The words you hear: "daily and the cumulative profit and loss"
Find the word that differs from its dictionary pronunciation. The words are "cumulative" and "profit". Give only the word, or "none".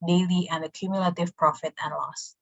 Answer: none